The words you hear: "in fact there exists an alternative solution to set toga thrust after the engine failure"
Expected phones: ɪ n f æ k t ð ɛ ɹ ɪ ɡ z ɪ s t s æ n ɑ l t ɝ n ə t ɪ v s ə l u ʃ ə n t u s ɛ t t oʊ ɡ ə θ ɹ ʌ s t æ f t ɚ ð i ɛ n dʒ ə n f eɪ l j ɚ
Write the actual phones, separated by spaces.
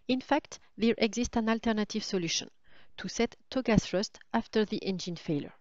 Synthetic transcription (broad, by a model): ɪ n f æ k t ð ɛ ɹ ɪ ɡ z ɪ s t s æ n ɑ l t ɝ n ə t ɪ v s ə l u ʃ ə n t u s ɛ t t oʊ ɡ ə s ɹ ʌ s t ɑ f t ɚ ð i ɛ n dʒ ə n f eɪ l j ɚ